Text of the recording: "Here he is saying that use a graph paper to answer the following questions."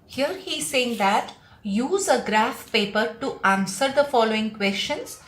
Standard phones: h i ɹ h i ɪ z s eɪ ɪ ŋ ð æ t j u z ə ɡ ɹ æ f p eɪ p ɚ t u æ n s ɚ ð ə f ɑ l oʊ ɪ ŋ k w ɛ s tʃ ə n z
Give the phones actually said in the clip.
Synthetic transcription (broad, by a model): h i ɹ h i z s eɪ ɪ ŋ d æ t j u z ə ɡ ɹ æ f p eɪ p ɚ t u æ n s ɚ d ə f ɑ l oʊ ɪ ŋ k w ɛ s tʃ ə n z